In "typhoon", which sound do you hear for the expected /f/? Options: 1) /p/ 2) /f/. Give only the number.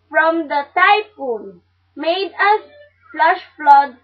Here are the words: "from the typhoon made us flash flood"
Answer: 1